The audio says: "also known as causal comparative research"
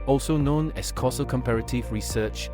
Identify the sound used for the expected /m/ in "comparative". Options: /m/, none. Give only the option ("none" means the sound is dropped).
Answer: /m/